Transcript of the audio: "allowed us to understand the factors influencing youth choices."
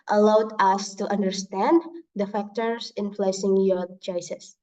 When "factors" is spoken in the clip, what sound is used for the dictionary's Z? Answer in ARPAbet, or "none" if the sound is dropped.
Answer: S